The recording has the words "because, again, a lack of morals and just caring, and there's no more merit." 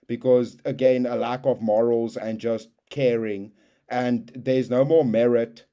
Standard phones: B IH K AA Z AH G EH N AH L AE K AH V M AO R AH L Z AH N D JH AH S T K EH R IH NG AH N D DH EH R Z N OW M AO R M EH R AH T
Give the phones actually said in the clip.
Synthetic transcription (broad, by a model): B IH K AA Z AH G EH N AH L AE K AH V M AO R AH L Z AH N JH AH S T K EH R IH NG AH N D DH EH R Z N OW M AO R M EH R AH T